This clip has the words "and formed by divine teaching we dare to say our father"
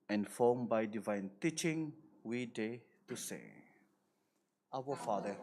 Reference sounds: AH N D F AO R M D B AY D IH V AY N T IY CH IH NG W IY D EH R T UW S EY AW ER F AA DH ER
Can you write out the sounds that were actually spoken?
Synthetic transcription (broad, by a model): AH N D F AO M B AY D IH V AY N T IY CH IH NG W IY D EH T UW S EY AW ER F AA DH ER